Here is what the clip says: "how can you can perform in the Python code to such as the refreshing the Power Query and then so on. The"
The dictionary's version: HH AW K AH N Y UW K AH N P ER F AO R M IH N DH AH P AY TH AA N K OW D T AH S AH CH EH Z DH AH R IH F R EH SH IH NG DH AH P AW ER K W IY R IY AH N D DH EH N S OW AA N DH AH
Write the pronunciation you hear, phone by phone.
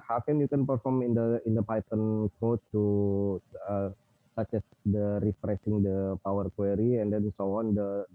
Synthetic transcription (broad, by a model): HH AW K AH N Y UW K AH N P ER F AO R M IH N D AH P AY T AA N K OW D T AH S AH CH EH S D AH R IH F R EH S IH NG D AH P AW ER K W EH R IY AH N D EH N S OW AA N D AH